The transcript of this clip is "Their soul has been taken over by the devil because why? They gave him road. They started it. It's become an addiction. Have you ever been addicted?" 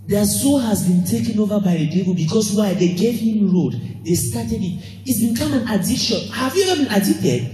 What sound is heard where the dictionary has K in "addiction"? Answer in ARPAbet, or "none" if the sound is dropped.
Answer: none